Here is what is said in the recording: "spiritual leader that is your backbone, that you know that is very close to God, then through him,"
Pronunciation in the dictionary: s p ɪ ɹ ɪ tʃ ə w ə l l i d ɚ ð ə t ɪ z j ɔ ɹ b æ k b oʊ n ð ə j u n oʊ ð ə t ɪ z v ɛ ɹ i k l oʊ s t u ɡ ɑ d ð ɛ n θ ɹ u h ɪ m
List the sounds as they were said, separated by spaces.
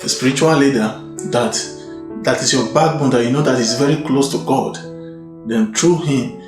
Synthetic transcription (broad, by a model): s p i ɹ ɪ tʃ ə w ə l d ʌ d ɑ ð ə t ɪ s j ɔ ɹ b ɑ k b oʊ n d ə j u n oʊ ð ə t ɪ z v ɛ ɹ i k l oʊ s t u ɡ ɑ d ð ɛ n t ɹ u h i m